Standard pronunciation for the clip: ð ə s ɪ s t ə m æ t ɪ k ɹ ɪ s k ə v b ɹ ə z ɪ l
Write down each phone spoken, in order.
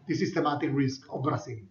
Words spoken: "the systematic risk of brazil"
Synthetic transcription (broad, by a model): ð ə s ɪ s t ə m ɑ t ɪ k ɹ ɪ s k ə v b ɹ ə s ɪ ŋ